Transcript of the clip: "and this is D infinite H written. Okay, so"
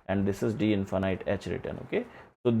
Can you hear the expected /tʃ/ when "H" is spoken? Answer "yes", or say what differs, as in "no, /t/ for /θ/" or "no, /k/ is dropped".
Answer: yes